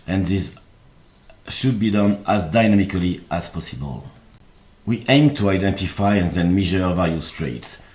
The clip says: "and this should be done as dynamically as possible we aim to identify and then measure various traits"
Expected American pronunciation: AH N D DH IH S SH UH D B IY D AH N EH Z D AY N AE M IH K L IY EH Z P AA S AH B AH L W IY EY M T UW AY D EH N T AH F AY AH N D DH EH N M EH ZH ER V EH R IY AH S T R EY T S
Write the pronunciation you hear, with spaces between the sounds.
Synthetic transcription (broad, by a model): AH N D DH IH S SH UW D B IY D AH N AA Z D AY N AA M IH K L IY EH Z P AA S AH B AH L W IY EY M T UW AY D EH N T AH F AY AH N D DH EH N M EH ZH ER V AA L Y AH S T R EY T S